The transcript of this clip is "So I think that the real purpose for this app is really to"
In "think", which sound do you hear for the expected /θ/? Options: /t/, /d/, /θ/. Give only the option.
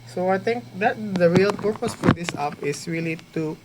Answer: /t/